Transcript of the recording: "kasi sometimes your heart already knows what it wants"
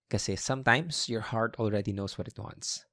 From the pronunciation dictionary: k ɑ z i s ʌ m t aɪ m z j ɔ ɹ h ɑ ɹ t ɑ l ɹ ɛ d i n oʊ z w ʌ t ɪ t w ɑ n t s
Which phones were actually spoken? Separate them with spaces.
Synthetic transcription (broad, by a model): k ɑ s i s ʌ m t aɪ m s j ɔ ɹ h ɑ ɹ t ɑ l ɹ ɛ d i n oʊ s w ʌ t ɪ t w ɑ n t s